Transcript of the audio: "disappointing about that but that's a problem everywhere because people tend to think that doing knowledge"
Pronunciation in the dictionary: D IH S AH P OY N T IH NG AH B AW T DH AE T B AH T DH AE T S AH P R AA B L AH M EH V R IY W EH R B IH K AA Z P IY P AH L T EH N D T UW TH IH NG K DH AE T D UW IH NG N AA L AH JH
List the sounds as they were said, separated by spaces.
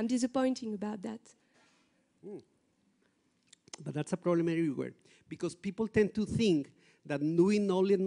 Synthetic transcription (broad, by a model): D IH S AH P OY N T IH NG AH B AW T DH AE T B AH T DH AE T S AH P R AA B L AH M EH R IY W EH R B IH K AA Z P IY P AH L T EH N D T UW TH IH NG K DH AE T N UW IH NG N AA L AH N